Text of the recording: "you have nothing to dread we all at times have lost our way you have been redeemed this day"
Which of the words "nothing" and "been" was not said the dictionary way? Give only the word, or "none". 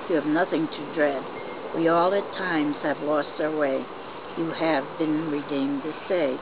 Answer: none